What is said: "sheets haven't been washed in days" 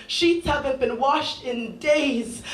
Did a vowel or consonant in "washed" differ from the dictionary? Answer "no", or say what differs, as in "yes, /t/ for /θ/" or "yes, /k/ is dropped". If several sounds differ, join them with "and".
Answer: no